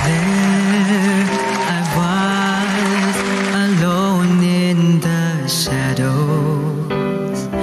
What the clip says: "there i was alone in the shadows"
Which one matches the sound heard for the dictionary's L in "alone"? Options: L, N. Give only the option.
L